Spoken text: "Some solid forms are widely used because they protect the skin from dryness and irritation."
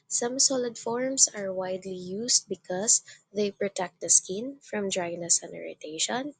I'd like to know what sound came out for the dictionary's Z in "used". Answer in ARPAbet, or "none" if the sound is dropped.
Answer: S